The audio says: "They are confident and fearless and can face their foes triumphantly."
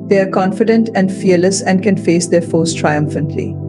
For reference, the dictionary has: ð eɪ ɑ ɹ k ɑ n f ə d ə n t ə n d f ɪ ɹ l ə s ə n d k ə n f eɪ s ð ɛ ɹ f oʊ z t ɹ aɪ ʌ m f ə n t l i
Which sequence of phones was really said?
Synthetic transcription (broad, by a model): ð eɪ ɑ ɹ k ɑ n f ə d ə n t ə n d f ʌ ɹ l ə s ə n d k ə n f eɪ s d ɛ ɹ f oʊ s t ɹ aɪ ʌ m f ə n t l i